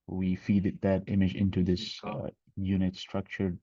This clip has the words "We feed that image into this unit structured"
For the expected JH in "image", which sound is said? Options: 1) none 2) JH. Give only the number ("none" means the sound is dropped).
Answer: 2